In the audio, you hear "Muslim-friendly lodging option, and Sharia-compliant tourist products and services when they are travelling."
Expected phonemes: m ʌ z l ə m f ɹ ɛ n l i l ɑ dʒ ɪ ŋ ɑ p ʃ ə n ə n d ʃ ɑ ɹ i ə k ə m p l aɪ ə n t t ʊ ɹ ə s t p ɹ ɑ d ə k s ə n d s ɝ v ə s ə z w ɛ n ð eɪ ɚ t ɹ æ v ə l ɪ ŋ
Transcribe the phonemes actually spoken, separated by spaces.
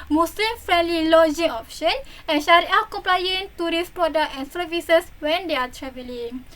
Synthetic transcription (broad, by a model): m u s l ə m f ɹ ɛ n l i l ɑ dʒ ɪ ŋ ɑ p ʃ ə n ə n ʃ ɑ ɹ i ə k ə m p l aɪ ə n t t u ɹ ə s p ɹ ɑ d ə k ə n s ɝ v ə s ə s w ɛ n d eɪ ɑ t ɹ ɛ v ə l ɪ ŋ